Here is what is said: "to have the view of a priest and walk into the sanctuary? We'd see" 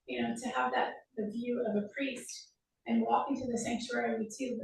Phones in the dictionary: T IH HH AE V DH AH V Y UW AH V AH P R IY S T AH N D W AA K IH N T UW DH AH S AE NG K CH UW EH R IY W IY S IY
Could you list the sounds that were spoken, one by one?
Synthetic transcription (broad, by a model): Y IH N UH V DH AH V Y UW AH V AH P R IY S T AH N W AA K IH N T UW DH AH S AE NG K CH UW EH R IY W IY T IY